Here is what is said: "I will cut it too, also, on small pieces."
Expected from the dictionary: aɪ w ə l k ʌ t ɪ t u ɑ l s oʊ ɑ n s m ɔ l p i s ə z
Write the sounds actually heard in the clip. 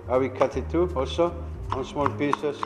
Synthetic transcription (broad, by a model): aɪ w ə k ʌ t ɪ t u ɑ s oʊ ɑ n s m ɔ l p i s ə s